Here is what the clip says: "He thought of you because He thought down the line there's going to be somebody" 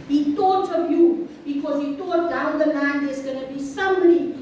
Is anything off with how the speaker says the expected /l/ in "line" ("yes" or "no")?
yes